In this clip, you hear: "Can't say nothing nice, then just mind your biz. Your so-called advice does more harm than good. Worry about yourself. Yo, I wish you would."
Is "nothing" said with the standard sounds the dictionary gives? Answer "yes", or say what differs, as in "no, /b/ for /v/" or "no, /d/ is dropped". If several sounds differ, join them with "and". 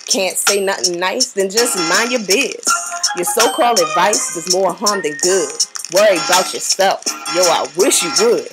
yes